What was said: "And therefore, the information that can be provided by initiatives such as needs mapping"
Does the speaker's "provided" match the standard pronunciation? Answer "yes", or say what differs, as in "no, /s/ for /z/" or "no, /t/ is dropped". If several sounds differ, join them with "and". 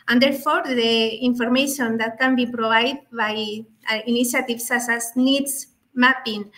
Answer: no, /b/ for /v/